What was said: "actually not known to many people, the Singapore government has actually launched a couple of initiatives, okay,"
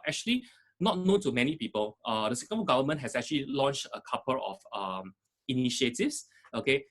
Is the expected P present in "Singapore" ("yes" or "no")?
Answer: no